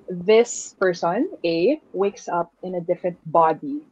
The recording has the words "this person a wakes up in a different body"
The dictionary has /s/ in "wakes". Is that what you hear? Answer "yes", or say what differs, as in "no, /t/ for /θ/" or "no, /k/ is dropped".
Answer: yes